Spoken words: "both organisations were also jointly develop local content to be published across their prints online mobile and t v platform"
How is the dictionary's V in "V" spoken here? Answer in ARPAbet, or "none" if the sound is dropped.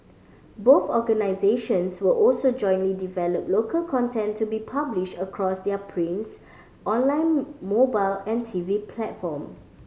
V